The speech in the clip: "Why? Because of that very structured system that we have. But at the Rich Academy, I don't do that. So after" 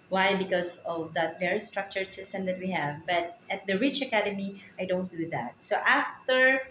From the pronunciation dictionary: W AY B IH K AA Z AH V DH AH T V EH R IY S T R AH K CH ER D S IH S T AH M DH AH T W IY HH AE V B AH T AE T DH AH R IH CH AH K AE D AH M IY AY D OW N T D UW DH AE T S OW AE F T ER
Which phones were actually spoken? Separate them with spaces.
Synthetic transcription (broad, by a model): W AY B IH K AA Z AH V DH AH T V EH R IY S T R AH K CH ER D S IH S T AH M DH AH T W IY HH AE V B AH T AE T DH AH R IH CH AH K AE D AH M IY AY D OW N T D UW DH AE T S OW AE F T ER